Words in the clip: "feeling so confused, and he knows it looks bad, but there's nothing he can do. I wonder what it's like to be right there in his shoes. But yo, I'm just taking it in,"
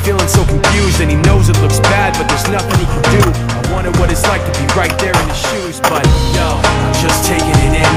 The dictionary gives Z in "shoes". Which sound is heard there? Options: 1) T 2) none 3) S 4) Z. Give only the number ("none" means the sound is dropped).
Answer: 4